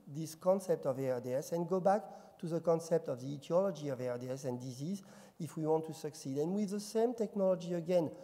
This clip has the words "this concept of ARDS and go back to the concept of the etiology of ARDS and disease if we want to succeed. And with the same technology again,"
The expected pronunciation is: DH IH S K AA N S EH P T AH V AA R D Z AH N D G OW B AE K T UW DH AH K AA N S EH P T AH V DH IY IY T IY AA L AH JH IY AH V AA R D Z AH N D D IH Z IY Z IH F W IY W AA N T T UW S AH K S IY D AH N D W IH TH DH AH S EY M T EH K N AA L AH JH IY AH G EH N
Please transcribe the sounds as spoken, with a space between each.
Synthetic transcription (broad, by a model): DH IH S K AA N S EH P T AH V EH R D S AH N G OW B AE K T UW DH AH K AA N S EH P T AH V DH IY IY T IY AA L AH JH IY AH V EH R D S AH N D D IH Z IY Z IH F W IY W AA N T T UW S AH K S IY D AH N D W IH DH AH S EY M T EH K N AA L AH JH IY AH G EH N